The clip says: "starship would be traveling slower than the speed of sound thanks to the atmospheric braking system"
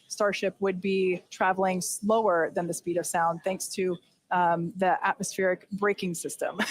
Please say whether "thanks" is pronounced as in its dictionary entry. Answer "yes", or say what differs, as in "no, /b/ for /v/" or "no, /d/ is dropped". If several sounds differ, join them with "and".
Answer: yes